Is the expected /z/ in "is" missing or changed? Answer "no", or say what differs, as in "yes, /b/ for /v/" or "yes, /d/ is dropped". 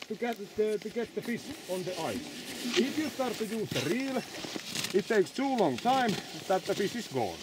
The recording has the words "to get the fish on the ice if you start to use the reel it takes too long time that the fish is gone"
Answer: yes, /s/ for /z/